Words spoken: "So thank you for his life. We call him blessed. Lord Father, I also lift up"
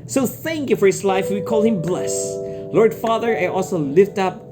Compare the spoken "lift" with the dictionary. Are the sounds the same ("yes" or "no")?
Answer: yes